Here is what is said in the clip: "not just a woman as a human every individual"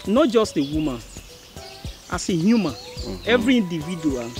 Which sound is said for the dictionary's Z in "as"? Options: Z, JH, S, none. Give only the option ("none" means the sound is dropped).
S